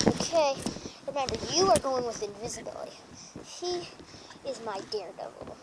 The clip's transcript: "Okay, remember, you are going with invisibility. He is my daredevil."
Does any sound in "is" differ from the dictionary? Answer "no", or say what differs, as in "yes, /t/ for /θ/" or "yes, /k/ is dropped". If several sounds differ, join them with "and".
no